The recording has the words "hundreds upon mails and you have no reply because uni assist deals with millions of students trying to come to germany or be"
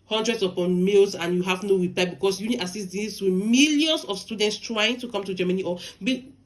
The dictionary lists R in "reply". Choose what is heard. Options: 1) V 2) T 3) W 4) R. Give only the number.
3